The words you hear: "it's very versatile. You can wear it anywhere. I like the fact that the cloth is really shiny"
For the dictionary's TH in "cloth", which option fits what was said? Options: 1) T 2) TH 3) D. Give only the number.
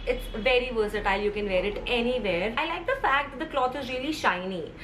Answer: 1